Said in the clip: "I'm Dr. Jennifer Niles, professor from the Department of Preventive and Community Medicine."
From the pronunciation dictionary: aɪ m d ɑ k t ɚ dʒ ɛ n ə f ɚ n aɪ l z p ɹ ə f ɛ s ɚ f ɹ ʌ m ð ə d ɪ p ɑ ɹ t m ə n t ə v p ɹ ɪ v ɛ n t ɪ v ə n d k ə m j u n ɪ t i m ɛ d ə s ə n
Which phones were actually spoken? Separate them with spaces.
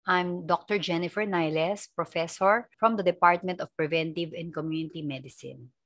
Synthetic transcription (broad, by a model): aɪ m d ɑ k t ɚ dʒ ɛ n ə f ɚ n aɪ l s p ɹ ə f ɛ s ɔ f ɹ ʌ m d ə d ɪ p ɑ ɹ t m ə n t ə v p ɹ ɪ v ɛ n t ɪ v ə n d k ə m j u n ɪ t i m ɛ d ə s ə n